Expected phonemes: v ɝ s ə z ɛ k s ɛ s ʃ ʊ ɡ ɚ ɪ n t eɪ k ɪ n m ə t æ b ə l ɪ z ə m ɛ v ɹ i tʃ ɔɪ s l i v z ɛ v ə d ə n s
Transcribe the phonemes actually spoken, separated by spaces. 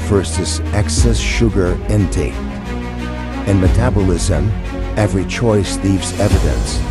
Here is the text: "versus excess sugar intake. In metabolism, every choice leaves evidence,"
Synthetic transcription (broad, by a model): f ɝ s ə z ɛ k s ɛ s ʃ ʊ ɡ ɚ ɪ n t eɪ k ɪ n m ə t æ b ə l ɪ z ə m ɛ v ɹ i tʃ ɔɪ s l i v z ɛ v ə d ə n s